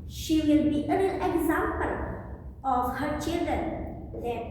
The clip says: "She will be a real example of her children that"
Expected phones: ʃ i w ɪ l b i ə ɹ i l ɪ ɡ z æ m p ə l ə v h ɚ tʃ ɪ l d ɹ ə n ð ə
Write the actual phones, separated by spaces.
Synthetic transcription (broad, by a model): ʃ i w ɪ l b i ə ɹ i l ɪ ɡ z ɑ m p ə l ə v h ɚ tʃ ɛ d ə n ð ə